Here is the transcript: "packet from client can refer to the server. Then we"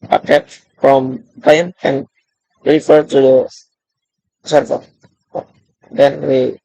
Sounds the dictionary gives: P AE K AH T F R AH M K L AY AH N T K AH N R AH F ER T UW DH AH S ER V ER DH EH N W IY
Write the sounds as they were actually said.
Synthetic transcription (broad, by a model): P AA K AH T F R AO M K AY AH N K AH N R AH F ER T UW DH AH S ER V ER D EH N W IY